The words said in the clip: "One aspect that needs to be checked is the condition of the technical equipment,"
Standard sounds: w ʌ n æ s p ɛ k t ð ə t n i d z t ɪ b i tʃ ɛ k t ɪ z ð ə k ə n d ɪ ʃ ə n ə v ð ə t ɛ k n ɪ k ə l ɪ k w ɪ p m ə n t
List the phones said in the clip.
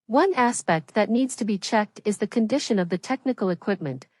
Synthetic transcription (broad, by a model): w ʌ n æ s p ɛ k t ð ə t n i d z t ɪ b i tʃ ɛ k t ɪ z ð ə k ə n d ɪ ʃ ə n ə v ð ə t ɛ k n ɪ k l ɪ k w ɪ p m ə n t